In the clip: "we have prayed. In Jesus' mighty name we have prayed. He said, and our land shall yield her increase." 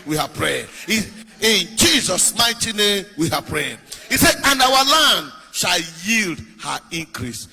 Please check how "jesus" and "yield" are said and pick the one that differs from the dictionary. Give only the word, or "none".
none